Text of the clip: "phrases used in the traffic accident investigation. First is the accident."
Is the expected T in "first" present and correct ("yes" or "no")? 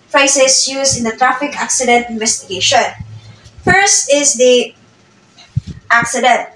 yes